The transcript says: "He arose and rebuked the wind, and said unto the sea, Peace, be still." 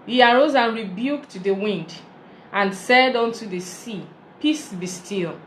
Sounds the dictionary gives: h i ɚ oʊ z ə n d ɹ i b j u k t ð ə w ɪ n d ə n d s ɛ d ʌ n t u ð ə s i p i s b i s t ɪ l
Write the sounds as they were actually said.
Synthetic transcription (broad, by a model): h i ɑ oʊ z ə n ɹ i b j u k t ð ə w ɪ n d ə n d s ɛ d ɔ n t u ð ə s i p i s b i s t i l